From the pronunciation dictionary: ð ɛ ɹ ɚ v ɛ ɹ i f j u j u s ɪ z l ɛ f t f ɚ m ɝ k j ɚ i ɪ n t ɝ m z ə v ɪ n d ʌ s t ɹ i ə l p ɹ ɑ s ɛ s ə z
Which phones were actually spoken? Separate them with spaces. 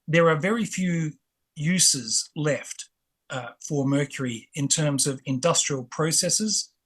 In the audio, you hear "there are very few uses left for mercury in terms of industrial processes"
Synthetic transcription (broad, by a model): ð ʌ ɹ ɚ v ɛ ɹ i f j u j u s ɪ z l ɛ f t f ɚ m ɝ k j ɚ i ɪ n t ɝ m z ə v ɪ n d ʌ s t ɹ i ə l p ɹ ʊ s ɛ s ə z